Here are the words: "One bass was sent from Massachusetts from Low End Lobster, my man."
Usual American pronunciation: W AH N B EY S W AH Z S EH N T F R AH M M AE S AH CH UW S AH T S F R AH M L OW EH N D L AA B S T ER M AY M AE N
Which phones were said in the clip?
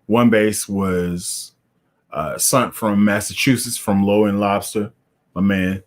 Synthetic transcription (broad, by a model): W AH N B EY S W AH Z S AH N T F R AH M M AE S AH CH UW S AH T S F R AH M L OW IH N L AA B S T ER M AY M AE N